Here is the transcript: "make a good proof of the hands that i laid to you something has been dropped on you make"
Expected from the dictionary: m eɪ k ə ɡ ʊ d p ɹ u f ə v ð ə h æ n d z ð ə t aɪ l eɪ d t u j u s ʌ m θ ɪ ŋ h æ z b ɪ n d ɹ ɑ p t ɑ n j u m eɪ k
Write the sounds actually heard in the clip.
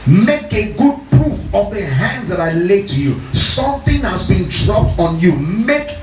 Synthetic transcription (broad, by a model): m eɪ k ə ɡ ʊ d p ɹ u f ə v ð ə h æ n d z ð ə t aɪ l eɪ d t u j u s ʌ m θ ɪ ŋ h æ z b ɪ n d ɹ ɑ p t ɑ n j u m eɪ k